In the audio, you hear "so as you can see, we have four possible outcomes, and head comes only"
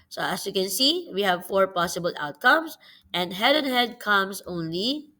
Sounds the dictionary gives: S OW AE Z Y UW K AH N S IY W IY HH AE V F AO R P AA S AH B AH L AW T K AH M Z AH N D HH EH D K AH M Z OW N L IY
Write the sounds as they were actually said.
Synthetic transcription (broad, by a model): S OW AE S Y UW K AH N S IY W IY HH AE V F AO R P AA S AH B AH L AW T K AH M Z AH N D HH EH D K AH M S OW N L IY